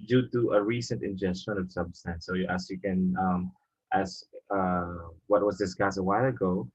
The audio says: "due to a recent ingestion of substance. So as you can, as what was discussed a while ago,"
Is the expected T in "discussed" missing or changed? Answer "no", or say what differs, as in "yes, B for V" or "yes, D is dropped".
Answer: yes, T is dropped